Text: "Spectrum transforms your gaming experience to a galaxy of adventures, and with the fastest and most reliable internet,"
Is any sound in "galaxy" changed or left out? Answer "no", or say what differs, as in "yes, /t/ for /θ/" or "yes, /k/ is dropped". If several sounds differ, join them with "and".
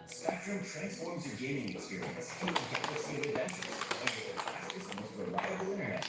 yes, /k/ is dropped